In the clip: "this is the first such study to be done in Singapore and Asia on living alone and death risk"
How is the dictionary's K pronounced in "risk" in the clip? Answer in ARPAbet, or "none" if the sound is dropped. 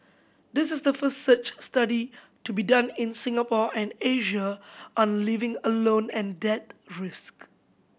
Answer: K